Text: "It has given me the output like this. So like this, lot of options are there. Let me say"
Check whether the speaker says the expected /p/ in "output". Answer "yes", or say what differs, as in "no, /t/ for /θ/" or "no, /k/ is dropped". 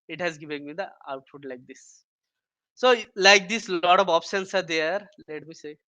no, /f/ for /p/